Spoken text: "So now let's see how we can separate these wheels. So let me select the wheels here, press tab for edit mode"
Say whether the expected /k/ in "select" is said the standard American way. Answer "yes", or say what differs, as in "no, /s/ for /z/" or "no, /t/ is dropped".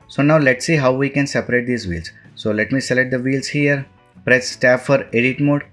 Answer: no, /k/ is dropped